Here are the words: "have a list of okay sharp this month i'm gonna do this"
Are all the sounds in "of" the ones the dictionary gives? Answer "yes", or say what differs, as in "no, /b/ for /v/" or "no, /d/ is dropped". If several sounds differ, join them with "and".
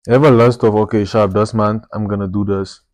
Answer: no, /f/ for /v/